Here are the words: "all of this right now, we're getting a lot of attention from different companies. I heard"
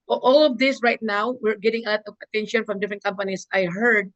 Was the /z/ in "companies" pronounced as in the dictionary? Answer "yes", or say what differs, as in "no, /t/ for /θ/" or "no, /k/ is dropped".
no, /s/ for /z/